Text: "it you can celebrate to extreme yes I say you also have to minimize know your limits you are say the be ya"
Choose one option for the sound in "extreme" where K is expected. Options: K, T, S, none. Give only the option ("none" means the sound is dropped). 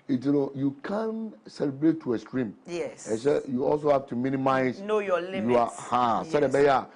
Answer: none